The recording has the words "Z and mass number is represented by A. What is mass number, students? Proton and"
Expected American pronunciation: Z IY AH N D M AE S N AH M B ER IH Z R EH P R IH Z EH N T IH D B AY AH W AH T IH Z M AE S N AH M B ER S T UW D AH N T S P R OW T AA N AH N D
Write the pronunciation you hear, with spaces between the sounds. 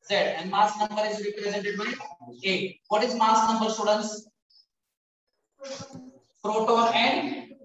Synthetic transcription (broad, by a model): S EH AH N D M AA S N AH M B ER IH Z R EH P R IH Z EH N T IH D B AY AH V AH T IH Z M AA S N AH M B ER S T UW D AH N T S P R OW T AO AH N D